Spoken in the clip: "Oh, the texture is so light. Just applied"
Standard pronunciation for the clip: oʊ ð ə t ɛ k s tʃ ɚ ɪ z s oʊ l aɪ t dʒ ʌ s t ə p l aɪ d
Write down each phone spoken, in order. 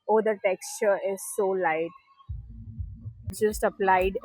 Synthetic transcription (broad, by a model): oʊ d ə t ɛ k s tʃ ɚ ɪ z s oʊ l aɪ t dʒ ʌ s t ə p l aɪ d